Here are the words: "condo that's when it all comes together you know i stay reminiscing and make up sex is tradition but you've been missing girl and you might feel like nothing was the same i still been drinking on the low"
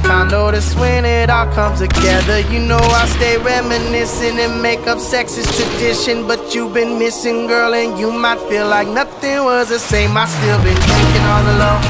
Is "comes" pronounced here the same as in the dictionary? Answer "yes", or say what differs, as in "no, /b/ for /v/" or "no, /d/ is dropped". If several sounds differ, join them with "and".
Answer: no, /z/ is dropped